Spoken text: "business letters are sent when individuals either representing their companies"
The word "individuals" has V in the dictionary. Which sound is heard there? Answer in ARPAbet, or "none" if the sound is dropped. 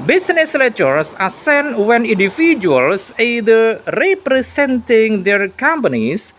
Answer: F